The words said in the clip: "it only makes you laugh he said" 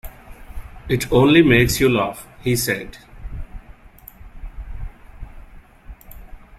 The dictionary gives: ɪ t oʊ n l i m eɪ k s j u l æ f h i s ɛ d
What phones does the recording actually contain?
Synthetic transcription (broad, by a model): ɪ t oʊ n l i m eɪ k s j u l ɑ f h i s ɛ d